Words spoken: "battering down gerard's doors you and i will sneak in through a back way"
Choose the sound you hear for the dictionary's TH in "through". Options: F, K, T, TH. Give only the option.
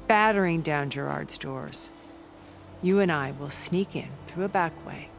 TH